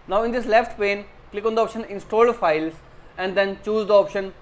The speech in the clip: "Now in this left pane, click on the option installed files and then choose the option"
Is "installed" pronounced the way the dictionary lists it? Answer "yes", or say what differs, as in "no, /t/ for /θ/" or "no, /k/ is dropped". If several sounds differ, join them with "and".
yes